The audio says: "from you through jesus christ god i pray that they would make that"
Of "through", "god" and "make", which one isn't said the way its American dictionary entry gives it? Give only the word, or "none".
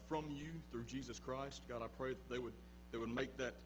none